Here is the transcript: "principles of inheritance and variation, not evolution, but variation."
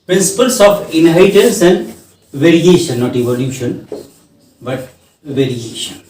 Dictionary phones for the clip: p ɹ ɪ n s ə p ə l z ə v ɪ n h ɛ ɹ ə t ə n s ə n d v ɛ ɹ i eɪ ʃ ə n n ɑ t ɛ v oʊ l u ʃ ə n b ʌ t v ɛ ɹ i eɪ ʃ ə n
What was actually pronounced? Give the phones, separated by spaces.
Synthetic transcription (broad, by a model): p ɹ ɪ n s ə p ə l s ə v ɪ n h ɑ ə t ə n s ə n d v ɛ ɹ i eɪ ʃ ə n n ɑ t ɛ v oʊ l u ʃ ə n b ʌ t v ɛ ɹ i eɪ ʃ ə n